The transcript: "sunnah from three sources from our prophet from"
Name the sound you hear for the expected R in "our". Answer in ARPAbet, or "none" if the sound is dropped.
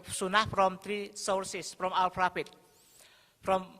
L